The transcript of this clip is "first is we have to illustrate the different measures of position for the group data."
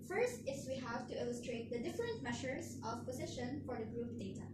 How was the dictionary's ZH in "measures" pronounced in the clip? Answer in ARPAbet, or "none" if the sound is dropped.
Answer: SH